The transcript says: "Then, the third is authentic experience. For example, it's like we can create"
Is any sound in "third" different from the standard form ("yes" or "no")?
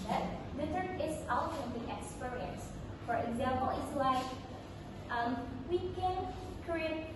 yes